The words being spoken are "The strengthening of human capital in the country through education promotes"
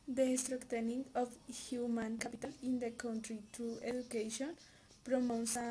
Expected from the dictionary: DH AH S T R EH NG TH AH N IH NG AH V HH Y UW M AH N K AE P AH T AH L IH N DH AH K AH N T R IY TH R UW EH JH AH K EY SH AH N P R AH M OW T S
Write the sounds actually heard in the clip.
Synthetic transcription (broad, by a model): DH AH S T R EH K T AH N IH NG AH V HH Y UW M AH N K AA P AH T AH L IH N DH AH K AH N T R IY T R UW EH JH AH K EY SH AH N P R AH M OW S